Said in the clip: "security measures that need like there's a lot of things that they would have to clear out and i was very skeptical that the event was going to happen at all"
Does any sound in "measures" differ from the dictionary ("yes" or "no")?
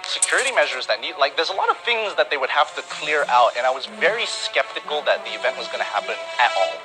no